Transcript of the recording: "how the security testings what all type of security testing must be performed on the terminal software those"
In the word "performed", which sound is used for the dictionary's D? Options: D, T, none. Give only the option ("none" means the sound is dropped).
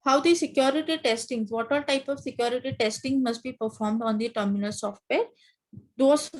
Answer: D